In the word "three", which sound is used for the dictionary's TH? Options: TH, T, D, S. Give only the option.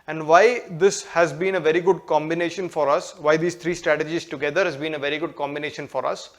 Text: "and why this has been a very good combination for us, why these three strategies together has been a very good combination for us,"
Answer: T